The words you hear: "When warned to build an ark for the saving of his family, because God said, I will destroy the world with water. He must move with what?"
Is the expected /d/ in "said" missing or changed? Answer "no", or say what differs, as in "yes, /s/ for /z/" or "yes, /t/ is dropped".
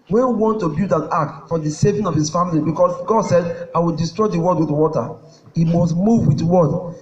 no